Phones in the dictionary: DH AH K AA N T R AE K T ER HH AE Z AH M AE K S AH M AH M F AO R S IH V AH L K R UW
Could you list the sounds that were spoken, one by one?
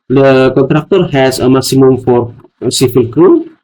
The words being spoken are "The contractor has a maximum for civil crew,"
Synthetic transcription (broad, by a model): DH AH K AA N T R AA K T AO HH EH S AH M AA K S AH M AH M F AO R S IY F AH L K R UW